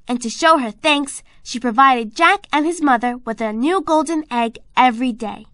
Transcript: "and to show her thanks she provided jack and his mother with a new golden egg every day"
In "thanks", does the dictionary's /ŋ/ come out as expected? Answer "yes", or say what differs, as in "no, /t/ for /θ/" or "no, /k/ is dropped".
yes